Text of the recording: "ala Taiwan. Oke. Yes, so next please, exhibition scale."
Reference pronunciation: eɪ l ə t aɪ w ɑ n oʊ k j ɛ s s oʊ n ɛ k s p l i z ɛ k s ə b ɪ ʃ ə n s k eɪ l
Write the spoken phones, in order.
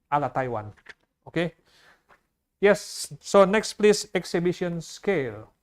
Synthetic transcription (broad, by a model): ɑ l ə t aɪ w ɑ n oʊ k j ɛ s s oʊ n ɛ k s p l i s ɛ k s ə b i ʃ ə n s k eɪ l